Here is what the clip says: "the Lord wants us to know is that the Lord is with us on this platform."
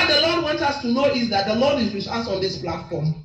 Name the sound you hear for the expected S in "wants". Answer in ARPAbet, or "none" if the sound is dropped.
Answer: none